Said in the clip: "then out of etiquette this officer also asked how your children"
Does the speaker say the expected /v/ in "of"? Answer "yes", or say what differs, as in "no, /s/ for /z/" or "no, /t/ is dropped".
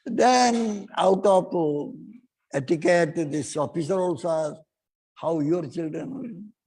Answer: no, /p/ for /v/